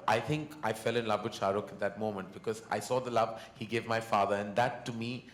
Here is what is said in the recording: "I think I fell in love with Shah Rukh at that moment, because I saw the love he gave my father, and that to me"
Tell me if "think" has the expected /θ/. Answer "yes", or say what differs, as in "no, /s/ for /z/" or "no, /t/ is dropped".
no, /t/ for /θ/